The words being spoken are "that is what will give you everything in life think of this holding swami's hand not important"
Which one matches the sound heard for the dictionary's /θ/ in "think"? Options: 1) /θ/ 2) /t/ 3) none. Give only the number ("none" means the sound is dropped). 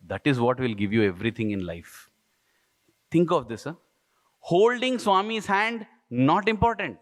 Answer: 2